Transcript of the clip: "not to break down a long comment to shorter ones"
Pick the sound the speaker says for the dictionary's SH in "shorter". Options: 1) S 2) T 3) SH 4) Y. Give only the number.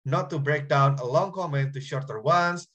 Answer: 3